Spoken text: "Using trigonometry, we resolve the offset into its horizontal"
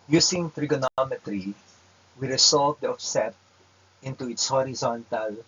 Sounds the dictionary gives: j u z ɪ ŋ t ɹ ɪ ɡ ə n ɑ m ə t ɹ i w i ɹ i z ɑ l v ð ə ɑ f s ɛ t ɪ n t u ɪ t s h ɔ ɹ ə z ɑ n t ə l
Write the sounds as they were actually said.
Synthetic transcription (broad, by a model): j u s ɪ ŋ t ɹ ɪ ɡ ə n ɑ m ə t ɹ i w i ɹ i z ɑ l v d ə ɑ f s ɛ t ɪ n t u ɪ t s h ɔ ɹ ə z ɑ n t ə l